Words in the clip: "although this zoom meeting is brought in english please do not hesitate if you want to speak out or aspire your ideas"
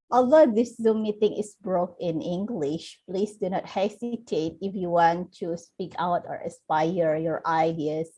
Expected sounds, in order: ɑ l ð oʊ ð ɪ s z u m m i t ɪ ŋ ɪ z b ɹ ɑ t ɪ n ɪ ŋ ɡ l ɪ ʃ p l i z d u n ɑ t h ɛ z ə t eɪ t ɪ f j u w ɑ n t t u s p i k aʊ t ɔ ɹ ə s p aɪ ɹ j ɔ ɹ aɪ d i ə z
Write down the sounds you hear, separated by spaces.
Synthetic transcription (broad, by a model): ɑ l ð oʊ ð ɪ s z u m m i t ɪ ŋ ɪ s b ɹ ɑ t ɪ n ɪ ŋ ɡ l ɪ ʃ p l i s d u n ɑ t h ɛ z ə t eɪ t ɪ f j u w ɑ n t t u s p i k aʊ t ɔ ɹ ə s p aɪ ɹ j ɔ ɹ aɪ d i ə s